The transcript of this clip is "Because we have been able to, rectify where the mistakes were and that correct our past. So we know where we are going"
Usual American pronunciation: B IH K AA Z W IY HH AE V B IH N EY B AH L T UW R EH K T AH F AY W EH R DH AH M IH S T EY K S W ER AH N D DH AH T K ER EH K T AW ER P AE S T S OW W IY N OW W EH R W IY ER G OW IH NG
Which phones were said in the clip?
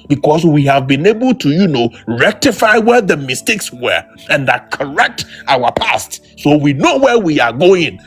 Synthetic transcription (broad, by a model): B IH K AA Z W IY HH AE V B IH N EY B AH L T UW R EH K T AH F AY W EH R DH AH M IH S T EY K S W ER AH N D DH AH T K ER EH K T AW ER P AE S T S OW W IY N OW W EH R W IY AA G OW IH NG